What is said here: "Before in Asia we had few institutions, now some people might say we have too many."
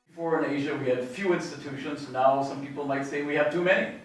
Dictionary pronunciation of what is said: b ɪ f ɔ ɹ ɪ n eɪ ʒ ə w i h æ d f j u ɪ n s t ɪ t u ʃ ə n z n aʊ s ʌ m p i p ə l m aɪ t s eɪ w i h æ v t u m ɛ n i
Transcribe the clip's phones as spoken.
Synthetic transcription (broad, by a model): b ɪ f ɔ ɹ ɪ n eɪ ʒ ə w i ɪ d f j u ɪ n s t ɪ t u ʃ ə n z n aʊ s ʌ m p i p l m aɪ t s eɪ w i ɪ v t u m ɛ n i